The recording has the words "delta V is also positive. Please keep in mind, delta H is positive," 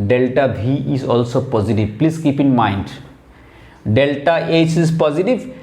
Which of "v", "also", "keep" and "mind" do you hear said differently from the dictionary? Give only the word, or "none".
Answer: v